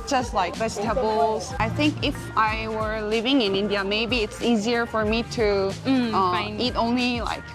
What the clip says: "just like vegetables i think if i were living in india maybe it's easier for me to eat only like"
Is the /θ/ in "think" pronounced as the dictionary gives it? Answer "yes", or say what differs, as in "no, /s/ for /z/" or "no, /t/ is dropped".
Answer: yes